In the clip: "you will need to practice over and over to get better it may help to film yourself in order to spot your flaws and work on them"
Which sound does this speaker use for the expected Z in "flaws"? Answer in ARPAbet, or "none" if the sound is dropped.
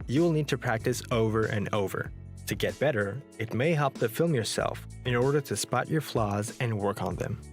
Z